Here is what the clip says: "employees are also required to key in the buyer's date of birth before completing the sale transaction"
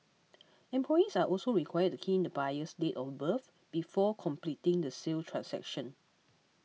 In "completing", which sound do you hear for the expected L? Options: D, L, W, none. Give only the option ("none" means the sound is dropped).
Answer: L